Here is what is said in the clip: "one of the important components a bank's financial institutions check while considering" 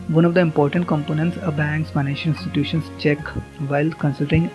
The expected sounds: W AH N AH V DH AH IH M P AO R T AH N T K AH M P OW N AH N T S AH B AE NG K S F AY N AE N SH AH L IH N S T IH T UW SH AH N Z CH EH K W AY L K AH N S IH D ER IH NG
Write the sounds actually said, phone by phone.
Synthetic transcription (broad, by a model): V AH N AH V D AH IH M P AO R T AH N T K AH M P OW N AH N T S AH B AE NG K S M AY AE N AH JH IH N S T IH T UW SH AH N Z CH EH K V AY L K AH N S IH D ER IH NG